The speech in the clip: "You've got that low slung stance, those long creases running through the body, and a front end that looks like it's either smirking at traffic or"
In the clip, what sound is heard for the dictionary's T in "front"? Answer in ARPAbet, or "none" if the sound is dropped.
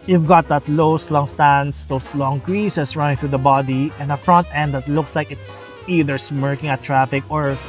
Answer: T